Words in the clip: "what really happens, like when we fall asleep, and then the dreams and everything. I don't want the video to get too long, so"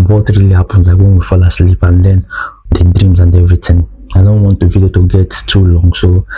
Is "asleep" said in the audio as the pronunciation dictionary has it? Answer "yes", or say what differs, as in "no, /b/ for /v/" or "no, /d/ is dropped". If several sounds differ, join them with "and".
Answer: yes